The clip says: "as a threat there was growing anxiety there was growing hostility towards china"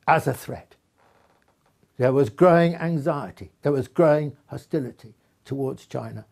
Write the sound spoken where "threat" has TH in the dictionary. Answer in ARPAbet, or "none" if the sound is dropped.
TH